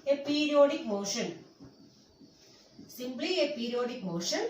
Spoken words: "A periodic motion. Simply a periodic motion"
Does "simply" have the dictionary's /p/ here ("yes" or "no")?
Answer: no